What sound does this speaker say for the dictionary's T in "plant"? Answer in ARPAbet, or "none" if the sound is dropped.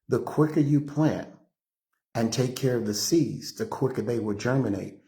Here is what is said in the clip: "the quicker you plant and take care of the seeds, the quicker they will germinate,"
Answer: none